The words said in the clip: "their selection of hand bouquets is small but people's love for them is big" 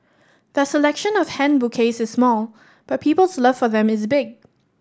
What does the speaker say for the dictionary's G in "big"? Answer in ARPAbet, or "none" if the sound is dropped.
G